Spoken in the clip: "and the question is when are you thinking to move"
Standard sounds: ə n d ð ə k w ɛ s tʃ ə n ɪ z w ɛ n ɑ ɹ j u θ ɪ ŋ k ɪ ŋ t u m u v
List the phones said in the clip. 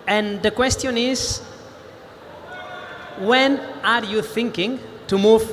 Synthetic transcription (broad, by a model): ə n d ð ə k w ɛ s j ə n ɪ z w ɛ n ɑ ɹ j u θ ɪ ŋ k ɪ ŋ t u m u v